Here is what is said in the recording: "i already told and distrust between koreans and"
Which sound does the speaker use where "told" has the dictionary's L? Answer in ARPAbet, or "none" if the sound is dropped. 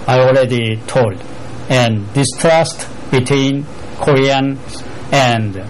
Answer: L